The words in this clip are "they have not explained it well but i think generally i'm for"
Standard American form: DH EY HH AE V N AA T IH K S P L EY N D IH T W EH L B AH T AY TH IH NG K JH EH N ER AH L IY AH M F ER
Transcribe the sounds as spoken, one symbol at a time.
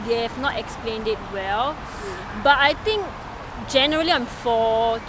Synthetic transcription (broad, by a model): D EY HH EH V N AA T IH K S P L EY N D IH T W EH L B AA T AY T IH NG K JH EH N ER AH L IY AH M F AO